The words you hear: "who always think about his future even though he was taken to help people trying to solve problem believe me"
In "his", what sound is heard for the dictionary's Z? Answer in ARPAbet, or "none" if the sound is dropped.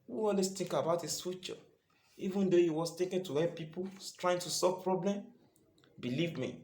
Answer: S